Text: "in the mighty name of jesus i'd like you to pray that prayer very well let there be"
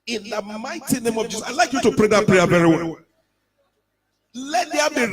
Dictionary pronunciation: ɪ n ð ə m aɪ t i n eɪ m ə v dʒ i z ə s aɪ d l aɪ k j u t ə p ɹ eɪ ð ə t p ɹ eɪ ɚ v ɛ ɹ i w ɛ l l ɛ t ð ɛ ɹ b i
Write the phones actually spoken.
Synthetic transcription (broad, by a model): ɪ n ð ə m aɪ t i n eɪ m ə v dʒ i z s aɪ l aɪ k j u t ə p ɹ eɪ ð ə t p ɹ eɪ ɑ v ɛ ɹ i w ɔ n l ɛ t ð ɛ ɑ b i